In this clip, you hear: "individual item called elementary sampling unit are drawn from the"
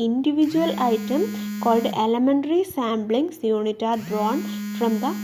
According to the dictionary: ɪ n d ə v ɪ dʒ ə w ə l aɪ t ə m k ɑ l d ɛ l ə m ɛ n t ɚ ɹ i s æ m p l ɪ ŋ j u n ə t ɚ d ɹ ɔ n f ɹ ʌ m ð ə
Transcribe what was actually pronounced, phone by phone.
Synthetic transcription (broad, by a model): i n d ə v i dʒ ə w ə l aɪ t ə m k ɑ l d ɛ l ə m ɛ n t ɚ ɹ i s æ m b l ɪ ŋ j u n ə t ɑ d ɹ ɔ n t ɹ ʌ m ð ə